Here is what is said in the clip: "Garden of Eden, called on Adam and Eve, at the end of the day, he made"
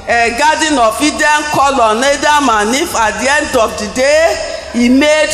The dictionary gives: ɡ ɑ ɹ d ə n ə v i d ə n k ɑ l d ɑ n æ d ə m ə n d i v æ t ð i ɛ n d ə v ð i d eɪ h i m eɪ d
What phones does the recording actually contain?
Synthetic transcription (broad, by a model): ɡ ɑ d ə n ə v i d ə n k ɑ l ɑ n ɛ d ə m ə n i f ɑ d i ɛ n d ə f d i d eɪ i m eɪ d